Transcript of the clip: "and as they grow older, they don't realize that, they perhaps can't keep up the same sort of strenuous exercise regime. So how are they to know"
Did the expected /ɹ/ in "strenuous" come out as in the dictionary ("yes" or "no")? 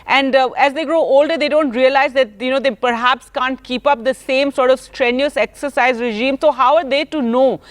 yes